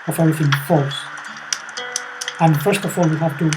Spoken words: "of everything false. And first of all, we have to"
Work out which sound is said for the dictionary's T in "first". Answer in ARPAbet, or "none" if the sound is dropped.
T